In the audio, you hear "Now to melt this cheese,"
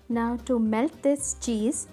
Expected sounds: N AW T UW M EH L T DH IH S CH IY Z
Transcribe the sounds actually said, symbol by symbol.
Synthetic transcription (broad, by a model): N AW T UW M EH L T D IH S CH IY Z